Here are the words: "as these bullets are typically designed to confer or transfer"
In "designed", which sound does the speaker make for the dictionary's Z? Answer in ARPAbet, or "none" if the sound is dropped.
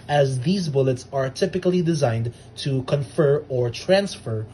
Z